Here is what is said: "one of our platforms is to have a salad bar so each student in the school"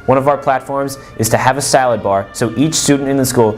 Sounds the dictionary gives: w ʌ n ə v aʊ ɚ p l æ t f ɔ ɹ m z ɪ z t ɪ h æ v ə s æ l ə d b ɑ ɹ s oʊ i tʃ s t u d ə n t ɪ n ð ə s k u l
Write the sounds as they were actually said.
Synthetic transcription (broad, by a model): w ʌ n ə v aʊ ɚ p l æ t f ɔ ɹ m z ɪ z t ɪ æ v ə s æ l ə d b ɑ ɹ s oʊ i tʃ s t u d n t ɪ n ð ə s k u l